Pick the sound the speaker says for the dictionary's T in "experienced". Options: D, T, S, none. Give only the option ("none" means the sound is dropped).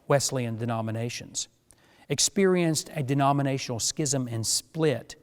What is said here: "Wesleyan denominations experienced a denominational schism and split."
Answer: T